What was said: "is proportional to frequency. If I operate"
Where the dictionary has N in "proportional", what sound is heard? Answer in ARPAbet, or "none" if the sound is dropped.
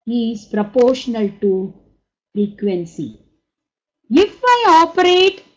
N